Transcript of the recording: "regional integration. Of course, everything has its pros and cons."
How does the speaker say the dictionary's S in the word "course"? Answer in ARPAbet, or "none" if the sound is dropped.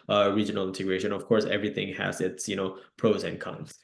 S